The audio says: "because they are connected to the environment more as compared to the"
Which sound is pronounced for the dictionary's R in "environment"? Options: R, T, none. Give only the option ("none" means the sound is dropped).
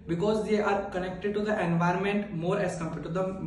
R